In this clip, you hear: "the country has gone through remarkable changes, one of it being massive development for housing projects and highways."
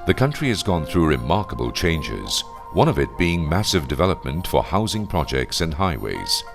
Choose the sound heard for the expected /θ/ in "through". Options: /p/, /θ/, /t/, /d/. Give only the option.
/θ/